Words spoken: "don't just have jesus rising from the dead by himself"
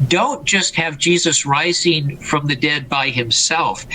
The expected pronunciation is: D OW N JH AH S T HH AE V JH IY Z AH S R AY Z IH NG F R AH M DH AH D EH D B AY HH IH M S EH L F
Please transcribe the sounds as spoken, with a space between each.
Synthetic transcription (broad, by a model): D OW N JH AH S T HH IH V JH IY Z AH S R AY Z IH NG F R AH M DH AH D EH D B AY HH IH M S EH L F